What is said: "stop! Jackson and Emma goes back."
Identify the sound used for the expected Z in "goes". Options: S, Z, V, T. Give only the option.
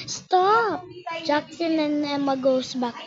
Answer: S